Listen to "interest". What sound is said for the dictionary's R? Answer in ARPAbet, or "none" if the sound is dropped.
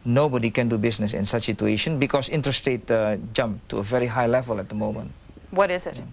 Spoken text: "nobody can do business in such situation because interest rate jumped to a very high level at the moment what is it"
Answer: none